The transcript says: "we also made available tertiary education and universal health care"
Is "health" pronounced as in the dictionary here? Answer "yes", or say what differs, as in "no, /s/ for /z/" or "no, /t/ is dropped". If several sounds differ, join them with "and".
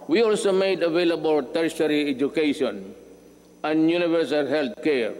no, /t/ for /θ/